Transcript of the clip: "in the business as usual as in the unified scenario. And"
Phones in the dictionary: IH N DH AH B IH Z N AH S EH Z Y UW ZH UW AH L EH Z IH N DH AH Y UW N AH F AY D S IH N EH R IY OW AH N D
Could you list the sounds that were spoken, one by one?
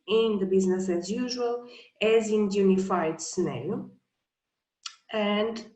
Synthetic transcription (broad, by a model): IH N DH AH B IH Z N AH S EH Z Y UW ZH UW AH L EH Z IH N Y UW N AH F AY D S N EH IY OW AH N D